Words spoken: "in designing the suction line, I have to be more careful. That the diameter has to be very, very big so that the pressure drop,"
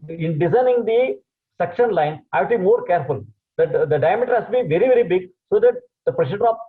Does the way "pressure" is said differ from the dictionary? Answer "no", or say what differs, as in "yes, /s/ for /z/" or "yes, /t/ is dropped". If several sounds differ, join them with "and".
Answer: yes, /s/ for /ʃ/